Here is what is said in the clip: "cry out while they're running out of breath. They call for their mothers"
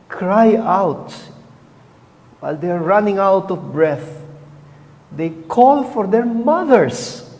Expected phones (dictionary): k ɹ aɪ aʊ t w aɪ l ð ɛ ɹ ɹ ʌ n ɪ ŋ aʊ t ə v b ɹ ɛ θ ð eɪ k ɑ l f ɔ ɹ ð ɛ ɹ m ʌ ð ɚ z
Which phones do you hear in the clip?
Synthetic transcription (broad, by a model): k ɹ aɪ aʊ t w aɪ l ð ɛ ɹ ɹ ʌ n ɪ ŋ aʊ t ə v b ɹ ɛ θ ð eɪ k ɑ l f ɔ ɹ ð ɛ ɹ m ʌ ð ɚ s